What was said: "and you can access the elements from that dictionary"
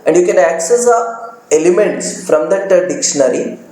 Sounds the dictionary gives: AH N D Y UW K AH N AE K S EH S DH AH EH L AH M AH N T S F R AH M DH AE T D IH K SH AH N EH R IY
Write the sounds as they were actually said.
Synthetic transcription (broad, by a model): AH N D Y UW K AH N AE K S EH S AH EH L AH M AH N T S F R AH M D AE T D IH K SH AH N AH R IY